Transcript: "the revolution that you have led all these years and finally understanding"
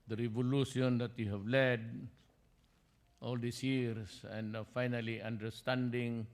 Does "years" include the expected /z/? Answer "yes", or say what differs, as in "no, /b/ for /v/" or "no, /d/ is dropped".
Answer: no, /s/ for /z/